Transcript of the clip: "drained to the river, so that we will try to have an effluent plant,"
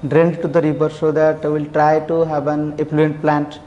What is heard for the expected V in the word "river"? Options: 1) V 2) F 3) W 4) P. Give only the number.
4